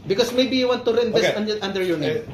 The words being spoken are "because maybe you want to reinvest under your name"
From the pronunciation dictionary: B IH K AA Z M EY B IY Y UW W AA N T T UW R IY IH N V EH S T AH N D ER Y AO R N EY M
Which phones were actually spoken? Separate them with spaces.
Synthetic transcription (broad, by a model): B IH K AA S M EY B IY Y UW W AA N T T UW R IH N EH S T AH N D ER Y AO R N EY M